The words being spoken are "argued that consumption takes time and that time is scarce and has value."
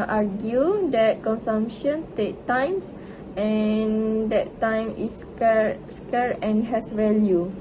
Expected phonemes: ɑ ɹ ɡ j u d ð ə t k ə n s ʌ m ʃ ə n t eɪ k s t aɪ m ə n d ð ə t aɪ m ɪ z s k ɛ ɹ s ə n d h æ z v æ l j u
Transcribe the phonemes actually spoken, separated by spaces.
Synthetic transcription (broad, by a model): ɑ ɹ ɡ j u d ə t k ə n s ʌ m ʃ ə n t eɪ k t aɪ m ə n d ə t aɪ m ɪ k s k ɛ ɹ ə n h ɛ s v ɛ l j u